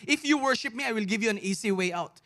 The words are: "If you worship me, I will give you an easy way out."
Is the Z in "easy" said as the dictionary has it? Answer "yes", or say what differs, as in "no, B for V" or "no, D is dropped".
no, S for Z